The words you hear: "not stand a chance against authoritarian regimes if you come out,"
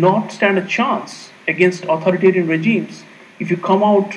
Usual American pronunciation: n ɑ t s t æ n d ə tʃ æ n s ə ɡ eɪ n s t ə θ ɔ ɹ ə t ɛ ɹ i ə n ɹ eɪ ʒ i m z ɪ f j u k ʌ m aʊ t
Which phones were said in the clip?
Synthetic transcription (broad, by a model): n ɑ t s t æ n d ə tʃ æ n s ə ɡ eɪ n s t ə t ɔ ɹ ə t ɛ ɹ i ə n ɹ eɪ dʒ i m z ɪ f j u k ʌ m aʊ t